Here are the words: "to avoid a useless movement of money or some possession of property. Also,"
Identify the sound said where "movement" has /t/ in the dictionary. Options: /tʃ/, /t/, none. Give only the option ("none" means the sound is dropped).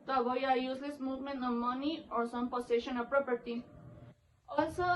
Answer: none